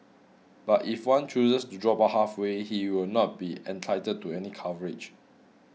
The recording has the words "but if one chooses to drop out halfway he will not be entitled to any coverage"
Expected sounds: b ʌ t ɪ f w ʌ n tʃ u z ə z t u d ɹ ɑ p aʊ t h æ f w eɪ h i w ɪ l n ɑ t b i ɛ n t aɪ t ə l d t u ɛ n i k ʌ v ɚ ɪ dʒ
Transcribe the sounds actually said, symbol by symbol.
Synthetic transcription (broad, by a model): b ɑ t ɪ f w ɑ n tʃ u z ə s t u d ɹ ɑ p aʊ h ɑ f w eɪ h i w ɪ l n ɑ t b i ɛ n t aɪ t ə d t u ɛ n i k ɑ v ɚ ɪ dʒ